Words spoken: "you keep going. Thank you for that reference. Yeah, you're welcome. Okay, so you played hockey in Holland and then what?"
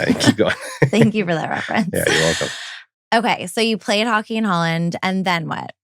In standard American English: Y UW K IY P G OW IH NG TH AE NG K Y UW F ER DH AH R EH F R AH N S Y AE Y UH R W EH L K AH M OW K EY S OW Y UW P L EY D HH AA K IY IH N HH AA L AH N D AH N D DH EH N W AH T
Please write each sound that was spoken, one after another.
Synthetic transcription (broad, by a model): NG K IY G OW TH AE NG K Y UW F ER DH AH R EH F R AH N S Y AE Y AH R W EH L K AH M OW K EY S OW Y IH P L EY D HH AA K IY IH N HH AA L AH N D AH N DH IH N W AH T